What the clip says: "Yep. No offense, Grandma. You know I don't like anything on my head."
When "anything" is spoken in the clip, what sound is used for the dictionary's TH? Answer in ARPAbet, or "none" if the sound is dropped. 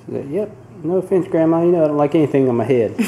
TH